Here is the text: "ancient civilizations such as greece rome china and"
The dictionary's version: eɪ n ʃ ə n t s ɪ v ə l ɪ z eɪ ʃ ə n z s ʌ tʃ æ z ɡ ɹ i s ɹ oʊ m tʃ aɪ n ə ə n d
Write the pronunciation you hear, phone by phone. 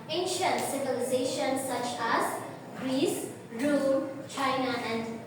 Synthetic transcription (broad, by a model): eɪ n ʃ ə n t s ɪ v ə l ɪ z eɪ ʃ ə n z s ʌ tʃ æ z ɡ ɹ i s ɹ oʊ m tʃ aɪ n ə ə n d